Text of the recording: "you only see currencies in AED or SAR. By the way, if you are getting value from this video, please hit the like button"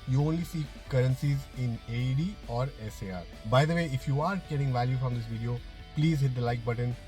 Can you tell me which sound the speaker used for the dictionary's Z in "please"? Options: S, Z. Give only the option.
Z